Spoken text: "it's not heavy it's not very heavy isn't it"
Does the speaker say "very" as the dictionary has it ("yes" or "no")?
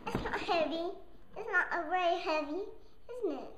no